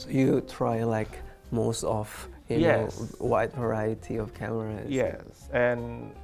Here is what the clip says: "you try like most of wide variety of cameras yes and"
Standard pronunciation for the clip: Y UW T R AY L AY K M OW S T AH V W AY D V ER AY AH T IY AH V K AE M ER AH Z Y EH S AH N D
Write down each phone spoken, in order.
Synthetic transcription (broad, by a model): Y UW T R AY L AY K M OW S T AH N W AY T V ER AY AH T IY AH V K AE M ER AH Y EH S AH N